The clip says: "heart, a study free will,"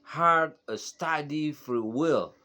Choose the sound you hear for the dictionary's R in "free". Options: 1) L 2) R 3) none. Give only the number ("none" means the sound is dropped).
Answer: 2